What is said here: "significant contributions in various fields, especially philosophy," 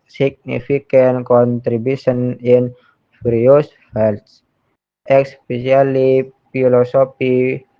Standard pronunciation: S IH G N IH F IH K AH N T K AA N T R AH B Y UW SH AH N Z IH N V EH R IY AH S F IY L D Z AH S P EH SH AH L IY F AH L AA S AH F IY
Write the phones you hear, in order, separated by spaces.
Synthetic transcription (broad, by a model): S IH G N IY F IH K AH N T K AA N T R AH B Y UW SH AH N IH N F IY R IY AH S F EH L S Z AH S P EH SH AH L IY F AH L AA S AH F IY